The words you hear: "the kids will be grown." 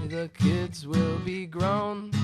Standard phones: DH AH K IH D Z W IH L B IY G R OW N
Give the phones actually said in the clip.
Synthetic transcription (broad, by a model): DH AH K IH D Z W IH L B IY G R OW N